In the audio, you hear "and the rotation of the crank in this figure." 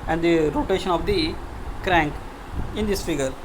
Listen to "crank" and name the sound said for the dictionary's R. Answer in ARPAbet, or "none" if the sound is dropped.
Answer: R